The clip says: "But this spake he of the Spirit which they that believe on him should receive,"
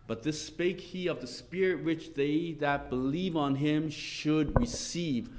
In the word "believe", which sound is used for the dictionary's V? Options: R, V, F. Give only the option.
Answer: V